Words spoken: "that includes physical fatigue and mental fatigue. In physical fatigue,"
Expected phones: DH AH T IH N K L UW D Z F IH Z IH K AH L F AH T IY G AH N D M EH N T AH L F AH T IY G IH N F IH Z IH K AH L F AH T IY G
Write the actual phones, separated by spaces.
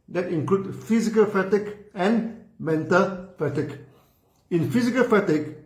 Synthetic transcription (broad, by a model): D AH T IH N K L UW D F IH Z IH K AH L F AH T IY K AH N M EH N T AH L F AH T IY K IH N F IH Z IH K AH L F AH T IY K